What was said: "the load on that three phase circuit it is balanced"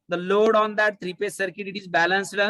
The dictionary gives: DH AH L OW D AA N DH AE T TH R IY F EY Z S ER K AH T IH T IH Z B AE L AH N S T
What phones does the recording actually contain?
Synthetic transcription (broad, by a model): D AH L OW D AA N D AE T T R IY P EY S ER K AH T IH T IH Z B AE L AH N S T